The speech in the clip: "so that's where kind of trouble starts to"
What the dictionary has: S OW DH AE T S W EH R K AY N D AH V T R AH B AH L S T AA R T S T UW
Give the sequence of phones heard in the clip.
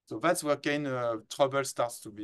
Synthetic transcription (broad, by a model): S OW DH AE T S W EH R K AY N AH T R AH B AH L S T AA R T S T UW